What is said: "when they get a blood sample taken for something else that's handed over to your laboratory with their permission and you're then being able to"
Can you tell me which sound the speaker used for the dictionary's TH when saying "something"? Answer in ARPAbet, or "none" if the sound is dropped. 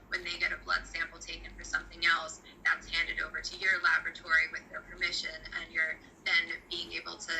TH